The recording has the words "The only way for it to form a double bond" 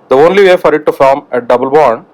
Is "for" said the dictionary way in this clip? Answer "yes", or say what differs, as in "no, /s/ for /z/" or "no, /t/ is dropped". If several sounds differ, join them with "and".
yes